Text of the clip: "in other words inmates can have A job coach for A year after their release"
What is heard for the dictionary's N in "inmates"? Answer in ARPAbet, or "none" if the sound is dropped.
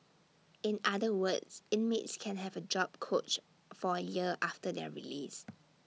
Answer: N